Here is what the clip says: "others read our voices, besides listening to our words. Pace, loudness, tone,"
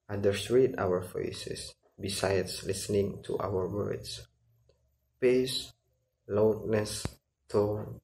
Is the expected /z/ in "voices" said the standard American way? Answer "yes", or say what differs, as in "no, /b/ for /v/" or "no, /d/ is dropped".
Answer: no, /s/ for /z/